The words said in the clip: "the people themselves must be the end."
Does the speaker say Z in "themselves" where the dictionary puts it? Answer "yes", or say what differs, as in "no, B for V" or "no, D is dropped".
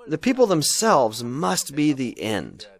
yes